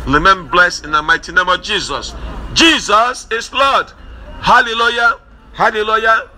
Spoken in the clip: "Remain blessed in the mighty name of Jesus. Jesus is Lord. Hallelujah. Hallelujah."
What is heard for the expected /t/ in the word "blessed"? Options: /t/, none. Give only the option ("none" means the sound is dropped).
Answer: none